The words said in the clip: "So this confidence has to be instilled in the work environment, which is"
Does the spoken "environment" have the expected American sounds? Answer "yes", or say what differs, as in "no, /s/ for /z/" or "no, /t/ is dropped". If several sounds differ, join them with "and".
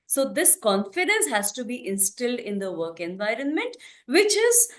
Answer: yes